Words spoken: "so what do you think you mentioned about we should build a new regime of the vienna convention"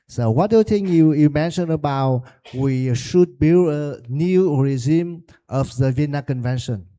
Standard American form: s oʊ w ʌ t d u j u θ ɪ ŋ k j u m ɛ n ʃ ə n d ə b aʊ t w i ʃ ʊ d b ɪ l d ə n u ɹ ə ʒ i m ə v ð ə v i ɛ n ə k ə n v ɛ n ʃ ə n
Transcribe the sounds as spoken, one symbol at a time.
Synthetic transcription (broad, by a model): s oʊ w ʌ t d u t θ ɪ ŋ j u m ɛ n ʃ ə n ə b aʊ t w i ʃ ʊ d b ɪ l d ə n u ɹ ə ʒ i m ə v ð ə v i n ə k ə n v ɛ n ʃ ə n